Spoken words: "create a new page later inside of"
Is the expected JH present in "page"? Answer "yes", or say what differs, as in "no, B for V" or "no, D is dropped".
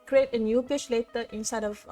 no, SH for JH